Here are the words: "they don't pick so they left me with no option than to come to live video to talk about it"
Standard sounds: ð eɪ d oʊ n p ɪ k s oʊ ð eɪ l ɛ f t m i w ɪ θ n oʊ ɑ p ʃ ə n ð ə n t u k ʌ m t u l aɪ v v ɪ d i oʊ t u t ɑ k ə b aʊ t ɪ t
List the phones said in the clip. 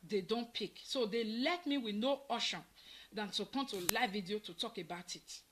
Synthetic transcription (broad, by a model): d eɪ d oʊ n p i k s oʊ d eɪ l ɛ t m i w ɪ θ n oʊ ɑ ʃ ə n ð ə n t u k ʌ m t u l aɪ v v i d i oʊ t u t ɑ k ə b aʊ t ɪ t